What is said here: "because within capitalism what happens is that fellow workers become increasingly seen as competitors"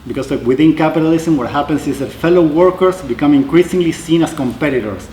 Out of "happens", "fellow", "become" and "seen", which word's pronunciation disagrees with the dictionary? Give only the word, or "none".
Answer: happens